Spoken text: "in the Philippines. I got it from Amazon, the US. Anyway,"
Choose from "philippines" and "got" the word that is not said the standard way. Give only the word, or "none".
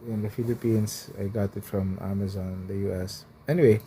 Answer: philippines